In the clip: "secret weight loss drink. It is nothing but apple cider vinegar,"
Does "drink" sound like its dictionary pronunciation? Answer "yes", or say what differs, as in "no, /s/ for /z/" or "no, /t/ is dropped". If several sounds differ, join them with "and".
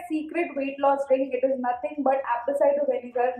no, /k/ is dropped